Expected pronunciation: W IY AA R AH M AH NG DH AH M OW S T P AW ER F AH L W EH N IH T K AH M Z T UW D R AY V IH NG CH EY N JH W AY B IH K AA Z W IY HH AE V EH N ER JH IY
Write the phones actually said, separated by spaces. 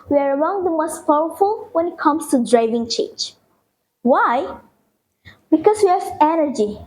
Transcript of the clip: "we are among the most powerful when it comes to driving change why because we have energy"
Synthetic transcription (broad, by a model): W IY AA R AH M AH NG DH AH M OW S T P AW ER F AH L W EH N IH T K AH M S T UW D R AY V IH NG CH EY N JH W AY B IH K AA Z W IY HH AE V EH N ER JH IY